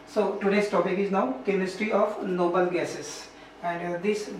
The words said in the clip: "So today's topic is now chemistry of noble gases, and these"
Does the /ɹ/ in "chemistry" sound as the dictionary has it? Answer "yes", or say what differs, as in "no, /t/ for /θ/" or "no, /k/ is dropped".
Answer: yes